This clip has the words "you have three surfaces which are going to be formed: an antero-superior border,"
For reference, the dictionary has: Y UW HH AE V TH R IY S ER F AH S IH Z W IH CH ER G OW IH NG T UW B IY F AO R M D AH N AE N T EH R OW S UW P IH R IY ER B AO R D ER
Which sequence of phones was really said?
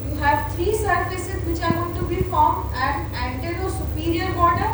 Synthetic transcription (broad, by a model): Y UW HH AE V T R IY S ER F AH S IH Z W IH CH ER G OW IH T UW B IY F AO R M D AH N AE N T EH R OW S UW P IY R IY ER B AO R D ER